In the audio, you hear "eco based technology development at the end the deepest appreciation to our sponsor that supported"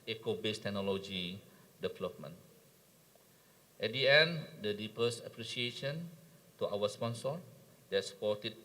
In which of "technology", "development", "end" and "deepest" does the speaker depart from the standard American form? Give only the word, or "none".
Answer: deepest